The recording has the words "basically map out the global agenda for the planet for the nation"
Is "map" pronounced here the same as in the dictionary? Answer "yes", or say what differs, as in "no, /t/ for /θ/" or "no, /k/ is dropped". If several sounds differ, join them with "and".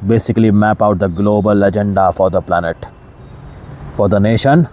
yes